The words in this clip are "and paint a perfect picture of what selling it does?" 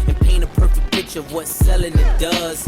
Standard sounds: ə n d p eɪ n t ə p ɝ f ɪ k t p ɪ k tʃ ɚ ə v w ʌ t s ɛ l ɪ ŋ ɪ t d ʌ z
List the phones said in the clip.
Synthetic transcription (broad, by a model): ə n p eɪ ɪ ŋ ə p ɝ f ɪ k p ɪ tʃ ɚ ə v w ʌ t s ɛ l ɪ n ɪ t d ʌ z